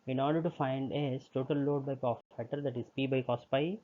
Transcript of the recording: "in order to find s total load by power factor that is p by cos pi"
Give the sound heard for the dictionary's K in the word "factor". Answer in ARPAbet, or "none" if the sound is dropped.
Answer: none